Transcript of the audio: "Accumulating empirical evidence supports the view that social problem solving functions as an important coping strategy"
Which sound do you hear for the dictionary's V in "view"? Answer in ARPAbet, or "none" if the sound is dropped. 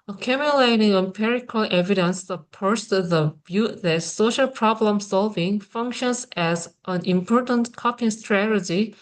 B